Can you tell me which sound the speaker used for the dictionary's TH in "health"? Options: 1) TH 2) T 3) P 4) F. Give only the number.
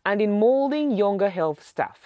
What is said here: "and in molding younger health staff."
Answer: 1